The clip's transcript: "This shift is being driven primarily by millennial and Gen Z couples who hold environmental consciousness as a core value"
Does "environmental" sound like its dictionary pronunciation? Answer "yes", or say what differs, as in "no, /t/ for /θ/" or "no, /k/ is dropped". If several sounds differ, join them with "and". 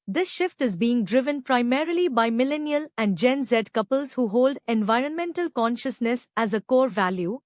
yes